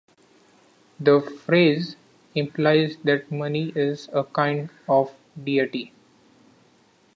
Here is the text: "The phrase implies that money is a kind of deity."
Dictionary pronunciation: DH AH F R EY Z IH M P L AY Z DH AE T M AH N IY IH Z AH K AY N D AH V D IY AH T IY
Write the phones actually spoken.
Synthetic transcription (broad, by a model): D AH F R EY Z IH M P L AY Z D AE T M AH N IY IH Z AH K AY N D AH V D IY AH T IY